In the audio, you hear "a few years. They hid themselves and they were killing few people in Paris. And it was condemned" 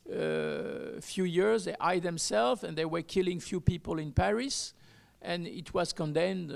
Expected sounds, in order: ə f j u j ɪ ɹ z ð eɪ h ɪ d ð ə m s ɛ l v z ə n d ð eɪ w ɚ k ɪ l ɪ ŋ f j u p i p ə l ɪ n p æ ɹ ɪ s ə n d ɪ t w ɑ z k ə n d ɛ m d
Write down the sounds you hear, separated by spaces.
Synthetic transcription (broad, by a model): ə f j u j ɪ ɹ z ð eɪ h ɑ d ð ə m s ɛ l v ə n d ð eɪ w ɚ k ɪ l ɪ ŋ f j u p i p ə l ɪ n p æ ɹ ɪ s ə n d ɪ t w ɑ z k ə n d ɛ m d